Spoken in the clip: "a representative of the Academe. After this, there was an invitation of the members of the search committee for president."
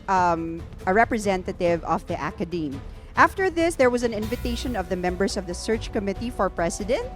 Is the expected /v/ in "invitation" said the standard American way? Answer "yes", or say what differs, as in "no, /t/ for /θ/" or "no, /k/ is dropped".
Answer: yes